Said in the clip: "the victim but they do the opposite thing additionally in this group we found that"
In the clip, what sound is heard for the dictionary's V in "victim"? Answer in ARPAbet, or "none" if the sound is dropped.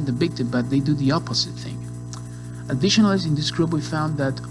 B